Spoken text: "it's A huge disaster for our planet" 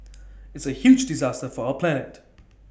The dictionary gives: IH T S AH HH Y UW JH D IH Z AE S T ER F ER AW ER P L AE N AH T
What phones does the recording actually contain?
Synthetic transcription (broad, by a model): IH T S AH HH Y UW JH D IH Z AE S T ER F ER AW ER P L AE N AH T